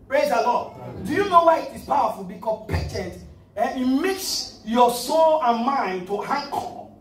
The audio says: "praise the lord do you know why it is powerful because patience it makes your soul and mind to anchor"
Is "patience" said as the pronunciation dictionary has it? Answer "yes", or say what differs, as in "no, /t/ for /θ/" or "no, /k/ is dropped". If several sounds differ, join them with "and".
no, /s/ is dropped